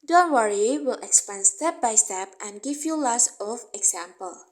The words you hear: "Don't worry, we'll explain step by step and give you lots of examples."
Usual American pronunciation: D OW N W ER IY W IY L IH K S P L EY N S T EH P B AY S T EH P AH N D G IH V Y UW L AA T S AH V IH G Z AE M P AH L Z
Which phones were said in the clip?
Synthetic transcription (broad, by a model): D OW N W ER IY W IY L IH K S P EY N S T EH P B AY S T EH P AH N G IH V Y UW L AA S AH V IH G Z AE M P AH L